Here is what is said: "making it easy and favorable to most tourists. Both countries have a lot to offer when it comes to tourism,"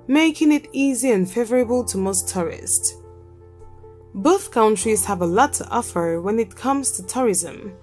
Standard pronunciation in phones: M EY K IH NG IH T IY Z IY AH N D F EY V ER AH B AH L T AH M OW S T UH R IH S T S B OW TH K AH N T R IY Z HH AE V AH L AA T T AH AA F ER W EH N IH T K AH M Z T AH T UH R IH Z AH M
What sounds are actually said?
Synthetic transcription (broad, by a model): M EY K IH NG IH T IY Z IY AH N F EY V ER AH B AH L T AH M OW S T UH R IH S T B OW TH K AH N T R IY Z HH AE V AH L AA T T AH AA F ER W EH N IH T K AH M Z T AH T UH R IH Z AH M